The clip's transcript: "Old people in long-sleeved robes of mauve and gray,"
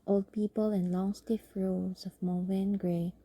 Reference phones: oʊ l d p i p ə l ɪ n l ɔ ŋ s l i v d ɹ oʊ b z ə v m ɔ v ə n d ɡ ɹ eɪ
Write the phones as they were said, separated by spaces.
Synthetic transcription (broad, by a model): oʊ l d p i p ə l ɪ n l ɔ ŋ s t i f ɹ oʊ z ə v m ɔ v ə n ɡ ɹ eɪ